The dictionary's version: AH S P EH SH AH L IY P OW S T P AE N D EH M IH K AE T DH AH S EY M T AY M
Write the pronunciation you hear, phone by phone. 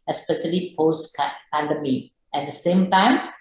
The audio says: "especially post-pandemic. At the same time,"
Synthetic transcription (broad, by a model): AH S P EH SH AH L IY P OW S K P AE N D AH M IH EH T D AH S EY M T AY M